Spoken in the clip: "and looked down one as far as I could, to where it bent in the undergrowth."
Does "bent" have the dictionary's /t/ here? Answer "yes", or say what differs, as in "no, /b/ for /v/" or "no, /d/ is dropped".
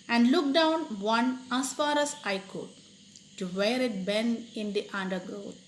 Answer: no, /t/ is dropped